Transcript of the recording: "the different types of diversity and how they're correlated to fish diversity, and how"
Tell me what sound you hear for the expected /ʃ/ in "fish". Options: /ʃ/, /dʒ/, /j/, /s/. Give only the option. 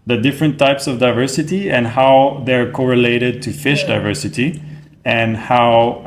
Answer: /ʃ/